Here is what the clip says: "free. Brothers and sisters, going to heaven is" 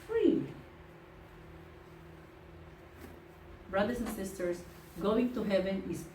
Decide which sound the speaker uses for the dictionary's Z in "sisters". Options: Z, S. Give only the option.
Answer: S